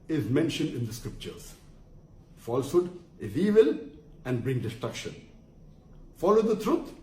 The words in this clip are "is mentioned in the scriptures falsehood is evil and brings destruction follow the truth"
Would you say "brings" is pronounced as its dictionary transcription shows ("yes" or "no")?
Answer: no